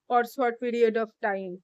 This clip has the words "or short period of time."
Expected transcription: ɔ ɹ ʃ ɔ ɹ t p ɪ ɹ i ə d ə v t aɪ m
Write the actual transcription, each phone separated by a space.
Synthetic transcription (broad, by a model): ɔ ɹ s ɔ ɹ t p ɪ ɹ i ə d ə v t aɪ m